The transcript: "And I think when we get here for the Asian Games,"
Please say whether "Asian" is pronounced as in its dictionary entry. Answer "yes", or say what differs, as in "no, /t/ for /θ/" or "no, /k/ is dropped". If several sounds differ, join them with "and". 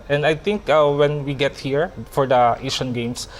no, /ʃ/ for /ʒ/